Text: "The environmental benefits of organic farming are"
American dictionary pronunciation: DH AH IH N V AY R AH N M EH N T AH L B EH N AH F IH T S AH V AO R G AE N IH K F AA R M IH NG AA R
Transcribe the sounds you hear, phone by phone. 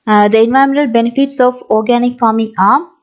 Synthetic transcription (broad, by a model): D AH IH N V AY AH M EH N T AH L B EH N AH F IH T S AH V AO R G AE N IH K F AA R M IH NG AA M